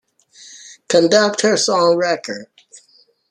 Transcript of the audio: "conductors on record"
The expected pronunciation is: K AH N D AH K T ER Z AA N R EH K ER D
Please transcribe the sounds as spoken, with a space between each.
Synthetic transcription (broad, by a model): K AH N D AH K T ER S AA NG R EH K ER D